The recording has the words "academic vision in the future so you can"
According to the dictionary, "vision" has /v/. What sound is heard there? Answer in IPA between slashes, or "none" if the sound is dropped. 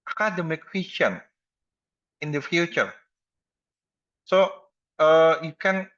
/w/